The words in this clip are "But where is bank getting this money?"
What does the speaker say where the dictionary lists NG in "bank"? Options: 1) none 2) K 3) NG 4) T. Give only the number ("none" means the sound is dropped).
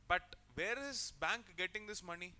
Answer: 3